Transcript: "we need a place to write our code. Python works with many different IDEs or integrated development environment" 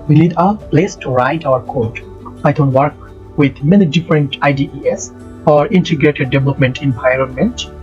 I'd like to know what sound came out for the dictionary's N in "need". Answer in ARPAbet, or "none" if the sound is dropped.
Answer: L